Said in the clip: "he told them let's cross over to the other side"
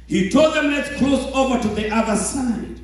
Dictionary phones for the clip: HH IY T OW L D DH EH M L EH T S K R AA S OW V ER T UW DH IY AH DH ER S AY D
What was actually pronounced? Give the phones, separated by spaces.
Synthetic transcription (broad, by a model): HH IY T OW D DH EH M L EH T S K L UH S OW V ER T UW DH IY AH DH ER S AY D